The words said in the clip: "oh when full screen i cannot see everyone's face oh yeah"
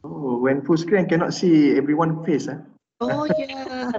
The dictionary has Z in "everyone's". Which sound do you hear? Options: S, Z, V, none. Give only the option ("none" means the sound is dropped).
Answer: none